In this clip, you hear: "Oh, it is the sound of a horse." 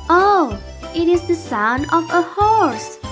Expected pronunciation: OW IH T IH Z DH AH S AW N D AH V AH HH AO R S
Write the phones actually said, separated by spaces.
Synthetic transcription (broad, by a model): OW IH T IH Z DH AH S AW N AH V AH HH AO R S